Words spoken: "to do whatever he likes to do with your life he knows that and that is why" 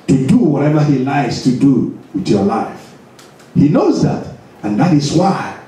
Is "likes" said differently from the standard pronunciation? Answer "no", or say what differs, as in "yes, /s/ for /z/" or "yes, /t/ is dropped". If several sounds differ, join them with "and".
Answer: yes, /k/ is dropped